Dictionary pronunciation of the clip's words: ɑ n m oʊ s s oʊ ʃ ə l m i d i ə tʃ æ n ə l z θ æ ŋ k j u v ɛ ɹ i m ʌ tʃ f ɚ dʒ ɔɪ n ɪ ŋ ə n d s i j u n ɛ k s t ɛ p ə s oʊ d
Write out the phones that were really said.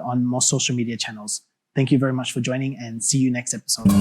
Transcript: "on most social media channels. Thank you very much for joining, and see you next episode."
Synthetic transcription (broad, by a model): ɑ n m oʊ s s oʊ ʃ l m i d i ə tʃ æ n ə l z θ æ ŋ k j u v ɛ ɹ i m ʌ tʃ f ɚ dʒ ɔɪ n ɪ ŋ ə n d s i j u n ɛ k s t ɛ p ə s oʊ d